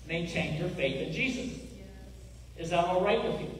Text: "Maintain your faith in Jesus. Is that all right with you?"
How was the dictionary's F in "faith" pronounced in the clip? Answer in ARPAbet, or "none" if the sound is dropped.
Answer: F